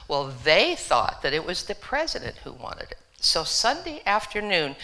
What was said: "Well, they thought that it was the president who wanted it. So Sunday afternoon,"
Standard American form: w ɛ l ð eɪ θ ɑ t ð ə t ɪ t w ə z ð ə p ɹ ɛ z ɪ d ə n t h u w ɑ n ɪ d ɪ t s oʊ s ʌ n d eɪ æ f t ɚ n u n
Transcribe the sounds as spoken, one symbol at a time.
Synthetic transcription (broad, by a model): w ɛ l ð eɪ θ ɑ t ð ə t ɪ t w ə z ð ə p ɹ ɛ z ɪ d ə n t h u w ɑ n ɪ d ɪ t s oʊ s ʌ n d eɪ æ f t ɚ n u n